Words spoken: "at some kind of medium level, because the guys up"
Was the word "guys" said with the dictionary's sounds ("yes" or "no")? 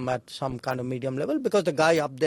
no